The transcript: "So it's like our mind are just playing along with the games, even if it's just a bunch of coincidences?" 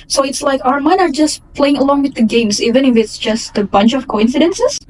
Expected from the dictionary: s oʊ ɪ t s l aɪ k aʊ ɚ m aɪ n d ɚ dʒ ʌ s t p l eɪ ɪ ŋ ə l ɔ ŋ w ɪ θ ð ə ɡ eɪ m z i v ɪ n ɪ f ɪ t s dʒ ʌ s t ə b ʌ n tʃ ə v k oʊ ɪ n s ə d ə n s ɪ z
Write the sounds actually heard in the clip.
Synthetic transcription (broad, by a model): s oʊ ɪ t s l aɪ k aʊ ɚ m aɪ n ɚ dʒ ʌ s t p l eɪ ɪ ŋ ə l ɔ ŋ w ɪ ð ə ɡ eɪ m s i v ɪ n ɪ f ɪ t s dʒ ʌ s t ə b ʌ n tʃ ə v k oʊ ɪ n s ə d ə n s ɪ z